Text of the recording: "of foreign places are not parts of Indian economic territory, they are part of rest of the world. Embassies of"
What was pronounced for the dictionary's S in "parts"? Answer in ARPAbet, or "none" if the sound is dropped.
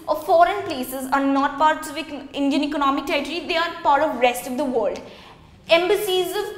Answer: none